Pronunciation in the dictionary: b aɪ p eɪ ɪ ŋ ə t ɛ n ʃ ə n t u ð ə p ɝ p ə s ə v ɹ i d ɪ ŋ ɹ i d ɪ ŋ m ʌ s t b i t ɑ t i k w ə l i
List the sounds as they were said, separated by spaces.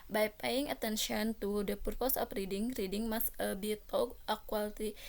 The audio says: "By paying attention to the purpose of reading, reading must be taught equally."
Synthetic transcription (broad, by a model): b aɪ p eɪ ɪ ŋ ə t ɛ n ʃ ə n t u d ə p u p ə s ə p ɹ i d ɪ ŋ ɹ i d ɪ ŋ m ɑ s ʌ b i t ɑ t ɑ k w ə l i